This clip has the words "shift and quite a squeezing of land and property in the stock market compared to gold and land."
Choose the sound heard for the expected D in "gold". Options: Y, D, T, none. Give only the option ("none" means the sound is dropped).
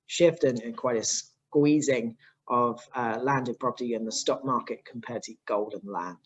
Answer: D